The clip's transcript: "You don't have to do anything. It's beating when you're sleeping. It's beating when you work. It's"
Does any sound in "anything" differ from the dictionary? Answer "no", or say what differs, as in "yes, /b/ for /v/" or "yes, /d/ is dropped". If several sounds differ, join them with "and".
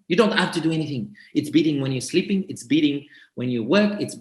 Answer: no